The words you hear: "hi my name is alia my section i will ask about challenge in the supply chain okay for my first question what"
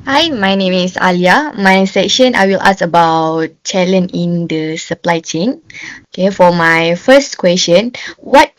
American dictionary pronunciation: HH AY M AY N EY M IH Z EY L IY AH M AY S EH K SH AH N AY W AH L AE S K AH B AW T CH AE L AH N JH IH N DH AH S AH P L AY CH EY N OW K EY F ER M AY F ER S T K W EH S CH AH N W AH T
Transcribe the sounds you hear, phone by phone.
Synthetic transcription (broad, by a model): HH AY M AY N EY M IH S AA L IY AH M AY S EH K SH AH N AY W AH L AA S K AH B AW T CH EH L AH N IH N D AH S AH P L AY CH EY N OW K EY F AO M AY F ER S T K W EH S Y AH N W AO T